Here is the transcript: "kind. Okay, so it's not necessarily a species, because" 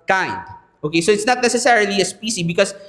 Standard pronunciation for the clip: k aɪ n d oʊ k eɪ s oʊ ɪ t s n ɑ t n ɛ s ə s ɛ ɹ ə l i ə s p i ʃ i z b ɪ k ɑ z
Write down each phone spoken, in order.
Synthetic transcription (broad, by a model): k aɪ n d oʊ k eɪ s oʊ ɪ t s n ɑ t n ɛ s ə s ɛ ɹ ə l i ə s p i s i b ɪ k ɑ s